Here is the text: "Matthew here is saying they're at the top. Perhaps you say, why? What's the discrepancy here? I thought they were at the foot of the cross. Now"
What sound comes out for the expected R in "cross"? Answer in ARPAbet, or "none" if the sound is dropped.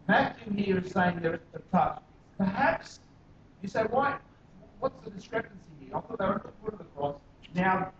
none